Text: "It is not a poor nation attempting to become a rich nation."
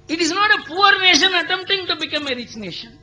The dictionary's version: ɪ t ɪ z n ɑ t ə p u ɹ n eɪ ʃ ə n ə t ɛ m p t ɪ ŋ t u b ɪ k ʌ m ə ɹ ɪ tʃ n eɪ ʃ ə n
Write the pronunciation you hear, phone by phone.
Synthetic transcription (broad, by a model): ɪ t ɪ z n ɑ t ə p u ɹ n eɪ ʃ ə n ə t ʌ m t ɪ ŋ t u b ɪ k ʌ m ə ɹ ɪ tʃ n eɪ ʃ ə n